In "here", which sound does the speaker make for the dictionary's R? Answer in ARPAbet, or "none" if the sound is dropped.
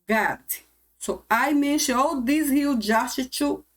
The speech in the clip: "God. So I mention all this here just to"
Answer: L